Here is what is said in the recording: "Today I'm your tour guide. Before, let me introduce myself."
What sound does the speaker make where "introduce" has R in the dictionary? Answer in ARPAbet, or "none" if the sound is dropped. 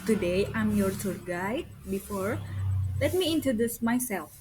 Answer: none